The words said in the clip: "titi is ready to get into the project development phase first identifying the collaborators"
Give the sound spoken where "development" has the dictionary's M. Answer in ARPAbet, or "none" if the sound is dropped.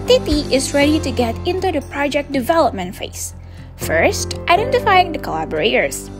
M